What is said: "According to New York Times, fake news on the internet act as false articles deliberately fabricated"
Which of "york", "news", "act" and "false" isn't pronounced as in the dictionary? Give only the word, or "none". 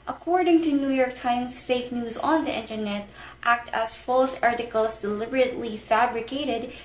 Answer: none